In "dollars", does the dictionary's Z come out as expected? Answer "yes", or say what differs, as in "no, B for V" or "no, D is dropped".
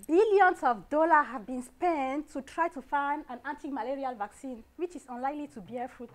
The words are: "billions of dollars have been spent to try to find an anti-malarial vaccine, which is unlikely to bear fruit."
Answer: no, Z is dropped